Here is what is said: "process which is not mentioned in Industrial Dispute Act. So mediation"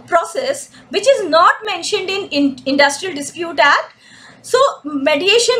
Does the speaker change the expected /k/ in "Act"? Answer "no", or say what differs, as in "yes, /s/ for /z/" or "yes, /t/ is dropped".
yes, /k/ is dropped